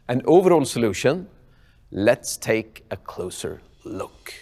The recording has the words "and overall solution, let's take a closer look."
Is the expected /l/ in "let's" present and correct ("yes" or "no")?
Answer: yes